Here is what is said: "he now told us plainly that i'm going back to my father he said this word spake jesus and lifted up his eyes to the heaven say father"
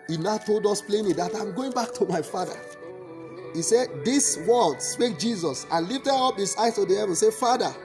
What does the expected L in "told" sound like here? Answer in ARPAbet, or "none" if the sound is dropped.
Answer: L